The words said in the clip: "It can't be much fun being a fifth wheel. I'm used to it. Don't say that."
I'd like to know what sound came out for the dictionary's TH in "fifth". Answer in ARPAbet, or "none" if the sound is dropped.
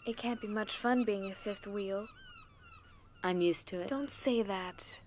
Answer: TH